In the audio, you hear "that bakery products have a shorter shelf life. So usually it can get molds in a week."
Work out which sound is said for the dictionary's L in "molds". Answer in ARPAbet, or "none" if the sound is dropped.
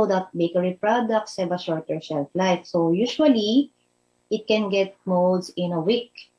none